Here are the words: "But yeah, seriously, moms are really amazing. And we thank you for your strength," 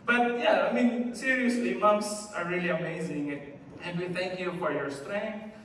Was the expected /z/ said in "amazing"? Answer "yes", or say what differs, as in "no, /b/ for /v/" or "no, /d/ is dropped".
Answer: yes